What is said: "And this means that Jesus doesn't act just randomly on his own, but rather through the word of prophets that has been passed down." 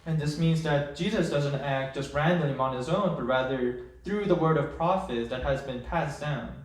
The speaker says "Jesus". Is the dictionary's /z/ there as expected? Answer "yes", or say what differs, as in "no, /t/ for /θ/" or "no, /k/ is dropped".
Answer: yes